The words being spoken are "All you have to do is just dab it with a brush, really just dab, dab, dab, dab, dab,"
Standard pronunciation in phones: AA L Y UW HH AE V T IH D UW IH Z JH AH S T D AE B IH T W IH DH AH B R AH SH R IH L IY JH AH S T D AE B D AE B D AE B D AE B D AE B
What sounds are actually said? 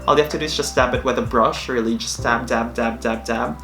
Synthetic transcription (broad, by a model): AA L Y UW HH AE F T IH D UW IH S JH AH S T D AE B IH T W IH DH AH B R AH SH R IH L IY JH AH S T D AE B D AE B D AE B D AE B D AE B